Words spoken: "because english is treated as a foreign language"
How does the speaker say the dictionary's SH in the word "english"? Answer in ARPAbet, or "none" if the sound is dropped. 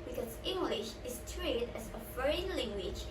SH